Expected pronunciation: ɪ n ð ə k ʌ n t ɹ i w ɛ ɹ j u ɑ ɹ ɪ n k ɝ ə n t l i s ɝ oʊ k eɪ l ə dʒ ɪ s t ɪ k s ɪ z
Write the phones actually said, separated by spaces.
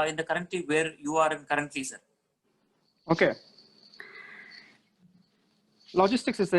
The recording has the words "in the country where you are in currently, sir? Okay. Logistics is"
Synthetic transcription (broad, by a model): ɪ n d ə k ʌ n t l i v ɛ ɹ j u ɑ ɹ ɪ n k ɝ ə n t l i s ɝ oʊ k eɪ l ə dʒ ɪ s t ɪ k s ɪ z